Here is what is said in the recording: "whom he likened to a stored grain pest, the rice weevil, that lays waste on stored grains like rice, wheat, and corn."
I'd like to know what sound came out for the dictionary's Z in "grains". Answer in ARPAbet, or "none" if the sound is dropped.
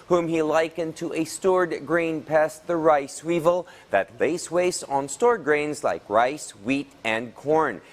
Z